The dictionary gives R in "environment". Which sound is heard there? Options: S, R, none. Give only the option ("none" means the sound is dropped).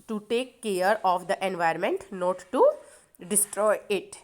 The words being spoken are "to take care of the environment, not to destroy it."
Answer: none